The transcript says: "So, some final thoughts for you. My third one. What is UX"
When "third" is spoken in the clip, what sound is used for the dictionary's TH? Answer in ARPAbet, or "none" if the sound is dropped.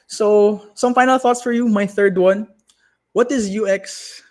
TH